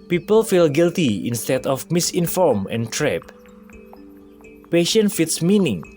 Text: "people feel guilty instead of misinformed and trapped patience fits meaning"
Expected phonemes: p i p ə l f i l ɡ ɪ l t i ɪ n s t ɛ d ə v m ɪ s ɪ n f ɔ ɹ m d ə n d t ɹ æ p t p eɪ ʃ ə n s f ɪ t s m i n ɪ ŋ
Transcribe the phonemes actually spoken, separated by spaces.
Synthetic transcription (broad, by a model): p i p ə l f i l ɡ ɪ l t i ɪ n s t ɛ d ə f m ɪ s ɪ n f ɔ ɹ m ə n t ɹ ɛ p p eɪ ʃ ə n f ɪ t s m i n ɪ ŋ